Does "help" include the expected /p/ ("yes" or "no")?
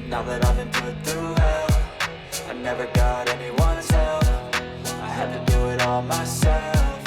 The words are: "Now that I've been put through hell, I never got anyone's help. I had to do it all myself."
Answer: no